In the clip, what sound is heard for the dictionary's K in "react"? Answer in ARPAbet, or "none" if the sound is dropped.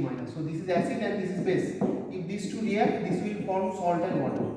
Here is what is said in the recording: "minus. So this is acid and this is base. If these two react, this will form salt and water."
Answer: none